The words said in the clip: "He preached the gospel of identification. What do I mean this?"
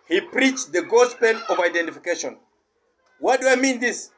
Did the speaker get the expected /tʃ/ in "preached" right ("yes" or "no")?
yes